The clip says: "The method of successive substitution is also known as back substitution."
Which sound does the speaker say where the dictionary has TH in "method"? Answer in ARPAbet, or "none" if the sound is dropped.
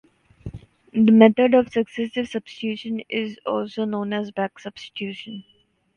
T